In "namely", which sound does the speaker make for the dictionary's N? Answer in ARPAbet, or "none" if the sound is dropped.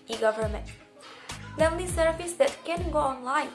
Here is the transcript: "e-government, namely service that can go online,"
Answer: L